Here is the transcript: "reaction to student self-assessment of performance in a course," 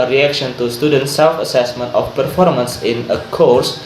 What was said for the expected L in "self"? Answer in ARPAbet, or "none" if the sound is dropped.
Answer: L